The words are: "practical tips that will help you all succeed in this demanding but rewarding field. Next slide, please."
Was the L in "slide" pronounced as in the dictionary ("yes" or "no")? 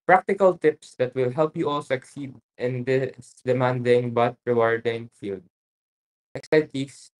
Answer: no